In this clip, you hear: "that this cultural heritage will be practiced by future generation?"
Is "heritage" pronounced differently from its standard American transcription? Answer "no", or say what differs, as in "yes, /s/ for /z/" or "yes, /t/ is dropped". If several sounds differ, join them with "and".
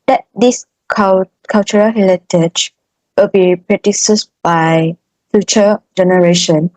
yes, /l/ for /ɹ/